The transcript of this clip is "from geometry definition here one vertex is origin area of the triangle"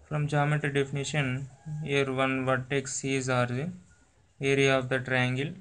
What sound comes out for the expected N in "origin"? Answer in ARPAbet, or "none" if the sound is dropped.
none